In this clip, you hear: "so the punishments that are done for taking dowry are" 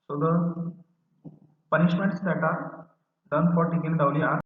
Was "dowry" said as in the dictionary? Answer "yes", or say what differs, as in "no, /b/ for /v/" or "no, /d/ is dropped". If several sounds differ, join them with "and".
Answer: no, /l/ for /ɹ/